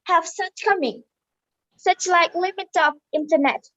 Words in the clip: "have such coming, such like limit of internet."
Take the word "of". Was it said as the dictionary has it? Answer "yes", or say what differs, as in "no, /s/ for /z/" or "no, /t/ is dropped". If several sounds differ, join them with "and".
no, /p/ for /v/